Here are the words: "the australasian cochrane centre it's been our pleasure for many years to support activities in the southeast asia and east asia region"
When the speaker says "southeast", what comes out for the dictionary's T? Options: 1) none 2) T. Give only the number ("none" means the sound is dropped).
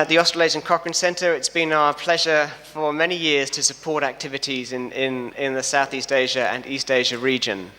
2